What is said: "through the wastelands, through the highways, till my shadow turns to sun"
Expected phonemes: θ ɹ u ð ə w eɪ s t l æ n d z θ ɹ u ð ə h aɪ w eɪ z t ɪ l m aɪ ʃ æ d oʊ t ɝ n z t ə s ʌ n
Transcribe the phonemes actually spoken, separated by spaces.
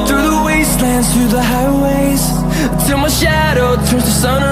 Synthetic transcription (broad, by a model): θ ɹ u ð ə w eɪ s t l æ n d z θ ɹ u ð ə h aɪ w eɪ z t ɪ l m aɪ ʃ æ d oʊ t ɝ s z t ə s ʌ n